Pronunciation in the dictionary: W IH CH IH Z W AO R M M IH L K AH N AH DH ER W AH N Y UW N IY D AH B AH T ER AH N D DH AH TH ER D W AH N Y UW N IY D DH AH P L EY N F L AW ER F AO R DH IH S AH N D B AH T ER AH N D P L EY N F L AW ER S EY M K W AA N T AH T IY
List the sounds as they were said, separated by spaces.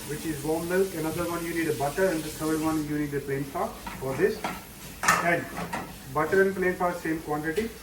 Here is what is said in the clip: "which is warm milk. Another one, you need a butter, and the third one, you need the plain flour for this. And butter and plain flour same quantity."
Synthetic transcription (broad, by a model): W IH CH IH Z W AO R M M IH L AH N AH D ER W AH N Y UW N IY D AH B AH T ER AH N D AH T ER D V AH N Y UW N IY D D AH P L EY N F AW F AO R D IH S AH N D B AH T ER AH N D P L EY N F AW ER S EY M K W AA N T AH T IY